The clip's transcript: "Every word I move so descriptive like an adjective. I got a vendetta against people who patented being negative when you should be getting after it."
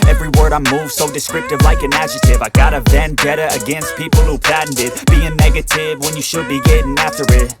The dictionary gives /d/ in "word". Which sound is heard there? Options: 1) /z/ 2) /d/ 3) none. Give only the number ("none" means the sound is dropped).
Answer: 2